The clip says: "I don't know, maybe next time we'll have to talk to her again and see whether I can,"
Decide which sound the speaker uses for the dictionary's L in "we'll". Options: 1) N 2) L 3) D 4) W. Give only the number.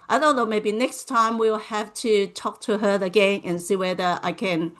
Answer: 2